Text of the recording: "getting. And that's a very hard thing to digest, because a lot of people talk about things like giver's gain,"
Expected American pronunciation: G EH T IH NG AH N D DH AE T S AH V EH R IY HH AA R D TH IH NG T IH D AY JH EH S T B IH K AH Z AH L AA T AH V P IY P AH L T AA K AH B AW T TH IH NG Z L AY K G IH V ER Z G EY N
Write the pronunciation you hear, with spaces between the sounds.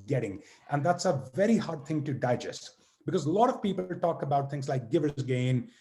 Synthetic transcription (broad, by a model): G EH T IH NG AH N DH AE T S AH V EH R IY HH AA R D TH IH NG T IH D AY JH EH S T B IH K AH Z L AA T AH V P IY P L T AA K AH B AW T TH IH NG Z L AY K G IH V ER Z G EY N